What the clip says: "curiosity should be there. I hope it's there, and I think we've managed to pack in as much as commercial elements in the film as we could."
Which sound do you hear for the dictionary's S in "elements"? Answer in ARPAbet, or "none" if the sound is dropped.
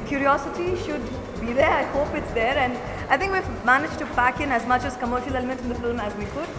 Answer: none